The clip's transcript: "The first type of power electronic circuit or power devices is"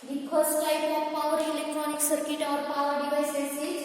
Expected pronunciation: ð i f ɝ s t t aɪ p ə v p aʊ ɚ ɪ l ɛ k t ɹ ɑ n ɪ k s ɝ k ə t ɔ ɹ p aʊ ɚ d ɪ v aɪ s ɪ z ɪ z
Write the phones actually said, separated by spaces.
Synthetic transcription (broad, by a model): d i p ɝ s t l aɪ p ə p aʊ ɚ ɪ l ɛ k t ɹ ɑ n ɪ k s ɝ k ə t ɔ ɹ p aʊ ɚ d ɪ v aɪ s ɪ s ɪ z